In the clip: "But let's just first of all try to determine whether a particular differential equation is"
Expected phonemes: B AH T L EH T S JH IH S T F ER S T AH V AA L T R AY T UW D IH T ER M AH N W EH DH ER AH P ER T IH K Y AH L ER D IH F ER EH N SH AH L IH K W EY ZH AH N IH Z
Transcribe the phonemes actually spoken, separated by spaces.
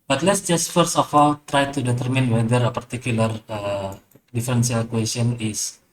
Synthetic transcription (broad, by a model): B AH T L EH T S JH IH S T F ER S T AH F AA L T R AY T UW D IH T ER M AH N W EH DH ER AH P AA T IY K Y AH L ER D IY F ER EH N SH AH L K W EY S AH N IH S